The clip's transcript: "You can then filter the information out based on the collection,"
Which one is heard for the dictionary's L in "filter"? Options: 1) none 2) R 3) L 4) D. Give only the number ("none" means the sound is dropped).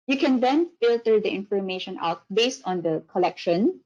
3